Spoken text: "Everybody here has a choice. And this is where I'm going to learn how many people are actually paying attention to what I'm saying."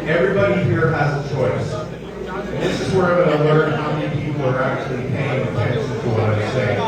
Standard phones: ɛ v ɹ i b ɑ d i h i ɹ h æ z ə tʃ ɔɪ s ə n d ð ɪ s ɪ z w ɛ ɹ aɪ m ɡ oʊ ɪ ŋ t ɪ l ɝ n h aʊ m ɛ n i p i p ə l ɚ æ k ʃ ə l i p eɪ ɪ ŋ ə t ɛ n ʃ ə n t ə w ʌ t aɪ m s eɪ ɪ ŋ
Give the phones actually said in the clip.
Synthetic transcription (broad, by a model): ɛ v ɹ i b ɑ d i h i ɹ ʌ z ə tʃ ɔɪ s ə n ð ɪ s ɪ z w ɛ ɹ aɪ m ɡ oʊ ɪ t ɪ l ɝ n h aʊ m ɛ n i p i p l ɚ æ k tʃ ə l i p eɪ ɪ ŋ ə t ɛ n s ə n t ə w ʌ t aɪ s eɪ ɪ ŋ